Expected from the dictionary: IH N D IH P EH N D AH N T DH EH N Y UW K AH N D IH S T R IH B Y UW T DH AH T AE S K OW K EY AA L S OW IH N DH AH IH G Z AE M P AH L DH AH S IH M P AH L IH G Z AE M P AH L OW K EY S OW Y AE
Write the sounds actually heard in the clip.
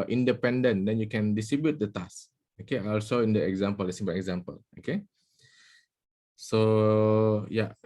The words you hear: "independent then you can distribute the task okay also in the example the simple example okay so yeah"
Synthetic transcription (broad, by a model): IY N D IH P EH N D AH N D EH N Y UW K AH N D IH S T R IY B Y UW T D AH T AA S OW K EY AA L S OW IH N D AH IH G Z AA M P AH L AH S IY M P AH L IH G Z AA M P AH L OW K EY S OW Y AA